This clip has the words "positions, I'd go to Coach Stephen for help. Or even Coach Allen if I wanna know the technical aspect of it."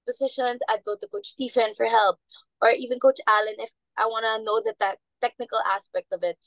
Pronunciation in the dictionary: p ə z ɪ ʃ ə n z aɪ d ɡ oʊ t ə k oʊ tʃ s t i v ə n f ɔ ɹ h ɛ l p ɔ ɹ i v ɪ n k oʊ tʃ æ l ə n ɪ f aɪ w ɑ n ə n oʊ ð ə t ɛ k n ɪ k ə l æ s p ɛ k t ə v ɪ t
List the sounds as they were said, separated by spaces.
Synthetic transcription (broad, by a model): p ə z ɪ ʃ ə n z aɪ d ɡ oʊ t ə k oʊ tʃ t i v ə n f ɔ ɹ h ɛ l p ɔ ɹ i v ɪ n k oʊ tʃ æ l ə n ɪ f aɪ w ɑ n ə n oʊ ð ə t ɛ k n ɪ k ə l æ s p ɛ k t ə v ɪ t